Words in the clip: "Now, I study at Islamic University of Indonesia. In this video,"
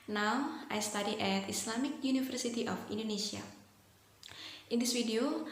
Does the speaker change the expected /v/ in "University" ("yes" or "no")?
yes